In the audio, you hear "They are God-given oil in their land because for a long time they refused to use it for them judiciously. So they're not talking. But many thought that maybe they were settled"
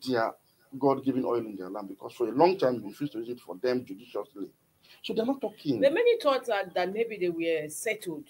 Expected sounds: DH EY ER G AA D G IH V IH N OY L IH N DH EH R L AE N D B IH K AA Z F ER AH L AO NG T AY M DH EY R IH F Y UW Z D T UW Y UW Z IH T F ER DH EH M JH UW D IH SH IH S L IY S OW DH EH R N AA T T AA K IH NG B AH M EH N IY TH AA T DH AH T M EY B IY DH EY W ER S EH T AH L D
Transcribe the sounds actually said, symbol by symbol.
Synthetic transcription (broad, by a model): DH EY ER G AA D G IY V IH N OY L IH N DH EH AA L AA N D B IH K AA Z F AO AH L AO NG T AY M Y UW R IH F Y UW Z T UW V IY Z IH T F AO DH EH M JH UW D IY SH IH S L IY S OW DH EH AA N AA T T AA K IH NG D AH M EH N IY S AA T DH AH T M EY B IY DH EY W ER S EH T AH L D